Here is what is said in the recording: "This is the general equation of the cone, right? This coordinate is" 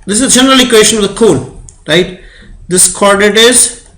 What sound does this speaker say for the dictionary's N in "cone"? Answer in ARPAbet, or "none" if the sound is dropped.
L